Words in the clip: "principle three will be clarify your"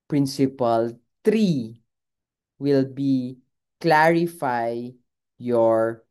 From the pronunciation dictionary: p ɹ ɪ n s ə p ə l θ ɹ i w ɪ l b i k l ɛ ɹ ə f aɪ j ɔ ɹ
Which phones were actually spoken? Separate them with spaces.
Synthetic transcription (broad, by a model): p ɹ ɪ n s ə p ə l t ɹ i w ɪ l b i k l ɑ ɹ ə f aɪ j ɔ ɹ